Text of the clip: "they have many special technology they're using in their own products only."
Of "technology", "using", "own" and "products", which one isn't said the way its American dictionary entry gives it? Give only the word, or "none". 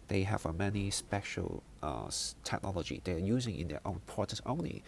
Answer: products